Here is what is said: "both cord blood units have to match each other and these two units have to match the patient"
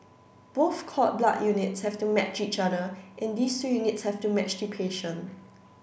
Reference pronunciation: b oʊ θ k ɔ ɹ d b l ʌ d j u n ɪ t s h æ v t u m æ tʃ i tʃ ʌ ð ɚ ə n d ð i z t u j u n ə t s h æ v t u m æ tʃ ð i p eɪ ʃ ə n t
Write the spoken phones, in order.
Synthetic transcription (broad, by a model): b oʊ θ k ɔ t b l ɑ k j u n ɪ t s h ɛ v t u m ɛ tʃ i tʃ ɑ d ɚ ə n d i s t u j u n ə t s h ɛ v t u m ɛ tʃ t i p eɪ ʃ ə n